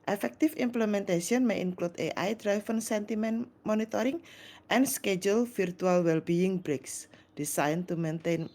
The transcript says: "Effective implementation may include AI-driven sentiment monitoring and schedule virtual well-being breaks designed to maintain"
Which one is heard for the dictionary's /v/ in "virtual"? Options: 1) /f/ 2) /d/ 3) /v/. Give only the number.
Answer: 1